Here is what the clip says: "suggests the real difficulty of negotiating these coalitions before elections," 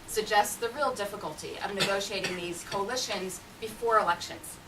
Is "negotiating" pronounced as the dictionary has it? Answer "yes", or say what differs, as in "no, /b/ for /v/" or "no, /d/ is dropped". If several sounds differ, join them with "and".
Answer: yes